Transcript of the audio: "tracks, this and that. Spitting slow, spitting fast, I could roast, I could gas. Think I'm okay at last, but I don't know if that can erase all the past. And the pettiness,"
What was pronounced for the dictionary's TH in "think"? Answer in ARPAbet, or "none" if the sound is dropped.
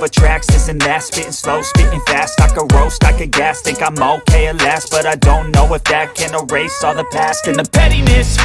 T